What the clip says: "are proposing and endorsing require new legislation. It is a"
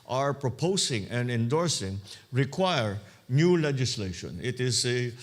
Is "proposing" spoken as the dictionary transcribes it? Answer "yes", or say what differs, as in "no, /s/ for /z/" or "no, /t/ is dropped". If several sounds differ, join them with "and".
no, /s/ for /z/